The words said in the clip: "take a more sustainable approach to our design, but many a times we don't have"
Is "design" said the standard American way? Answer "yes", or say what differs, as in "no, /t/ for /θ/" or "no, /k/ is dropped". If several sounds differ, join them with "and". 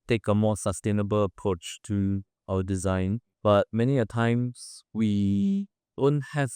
yes